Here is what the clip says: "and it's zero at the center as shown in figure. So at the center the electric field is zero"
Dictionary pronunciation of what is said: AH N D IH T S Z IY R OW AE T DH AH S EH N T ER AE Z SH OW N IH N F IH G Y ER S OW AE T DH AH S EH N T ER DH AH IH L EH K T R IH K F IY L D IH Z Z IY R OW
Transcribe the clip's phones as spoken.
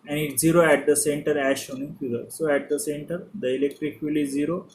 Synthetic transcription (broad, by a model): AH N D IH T Z IY R OW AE T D AH S EH N T ER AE SH OW N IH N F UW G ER S OW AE T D AH S EH N T ER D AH IH L EH K T R IH K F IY L IH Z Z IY R OW